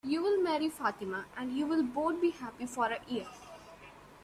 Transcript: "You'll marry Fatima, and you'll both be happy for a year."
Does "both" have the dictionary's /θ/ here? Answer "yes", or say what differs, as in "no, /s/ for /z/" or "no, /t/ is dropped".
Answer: no, /t/ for /θ/